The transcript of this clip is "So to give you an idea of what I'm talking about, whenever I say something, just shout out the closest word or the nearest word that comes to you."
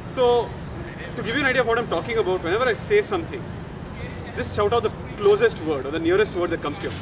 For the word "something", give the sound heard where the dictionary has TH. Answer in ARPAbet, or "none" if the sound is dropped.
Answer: T